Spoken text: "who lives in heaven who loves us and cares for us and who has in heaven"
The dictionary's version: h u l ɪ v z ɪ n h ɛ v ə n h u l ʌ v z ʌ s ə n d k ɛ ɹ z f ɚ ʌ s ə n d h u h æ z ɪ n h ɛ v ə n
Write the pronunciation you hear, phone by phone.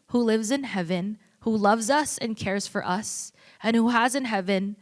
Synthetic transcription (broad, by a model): h u l ɪ v z ɪ n h ɛ v ə n h u l ʌ v z ʌ s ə n k ɛ ɹ z f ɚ ʌ s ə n h u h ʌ z ɪ n h ɛ v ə n